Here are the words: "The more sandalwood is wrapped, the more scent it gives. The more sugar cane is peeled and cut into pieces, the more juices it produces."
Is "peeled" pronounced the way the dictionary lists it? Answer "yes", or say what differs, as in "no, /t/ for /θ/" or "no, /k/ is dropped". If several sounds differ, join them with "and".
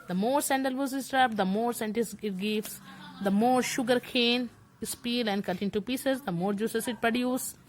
no, /d/ is dropped